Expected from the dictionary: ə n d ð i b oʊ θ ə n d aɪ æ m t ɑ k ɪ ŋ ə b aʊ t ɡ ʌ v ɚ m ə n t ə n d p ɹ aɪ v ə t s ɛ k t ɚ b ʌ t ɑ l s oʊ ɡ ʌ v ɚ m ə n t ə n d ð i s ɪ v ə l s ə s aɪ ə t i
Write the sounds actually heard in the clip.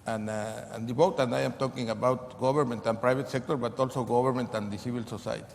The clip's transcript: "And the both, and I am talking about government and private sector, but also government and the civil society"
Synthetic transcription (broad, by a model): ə n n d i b oʊ t ə n d aɪ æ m t ɑ k ɪ ŋ ə b aʊ t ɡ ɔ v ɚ m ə n t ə n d p ɹ aɪ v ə t s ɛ k t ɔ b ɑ t ɑ l s oʊ ɡ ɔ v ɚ m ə n t ə n d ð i s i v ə l s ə s aɪ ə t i